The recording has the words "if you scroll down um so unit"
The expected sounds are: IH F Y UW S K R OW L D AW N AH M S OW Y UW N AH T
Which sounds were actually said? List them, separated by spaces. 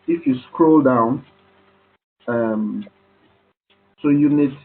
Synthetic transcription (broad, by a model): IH F Y UW S K R OW L D AW N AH M S OW Y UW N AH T